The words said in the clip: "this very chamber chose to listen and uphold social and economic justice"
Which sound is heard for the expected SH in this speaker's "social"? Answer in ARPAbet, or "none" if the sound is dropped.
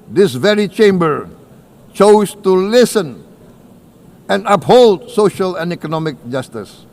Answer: SH